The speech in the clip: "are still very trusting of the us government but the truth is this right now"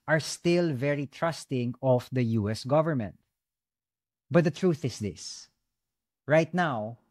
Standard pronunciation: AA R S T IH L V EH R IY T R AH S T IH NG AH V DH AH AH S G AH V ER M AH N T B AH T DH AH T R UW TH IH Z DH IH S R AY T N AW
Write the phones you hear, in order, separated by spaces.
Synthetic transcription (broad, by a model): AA R S T IH L V EH R IY T R AH S T IH NG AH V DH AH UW S G AH V ER M AH N T B AH T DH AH T R UW TH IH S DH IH S R AY T N AW